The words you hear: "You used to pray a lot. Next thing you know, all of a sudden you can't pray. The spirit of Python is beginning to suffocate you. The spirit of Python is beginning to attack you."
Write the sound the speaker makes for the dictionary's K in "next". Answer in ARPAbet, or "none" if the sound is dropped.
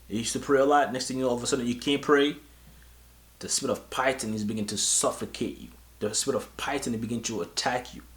K